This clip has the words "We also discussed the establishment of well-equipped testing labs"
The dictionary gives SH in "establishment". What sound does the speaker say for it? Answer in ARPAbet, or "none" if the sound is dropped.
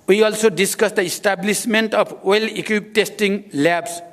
S